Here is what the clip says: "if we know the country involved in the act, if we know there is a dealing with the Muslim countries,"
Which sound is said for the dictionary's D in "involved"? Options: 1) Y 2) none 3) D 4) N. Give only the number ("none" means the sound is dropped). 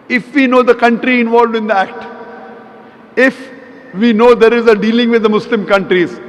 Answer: 3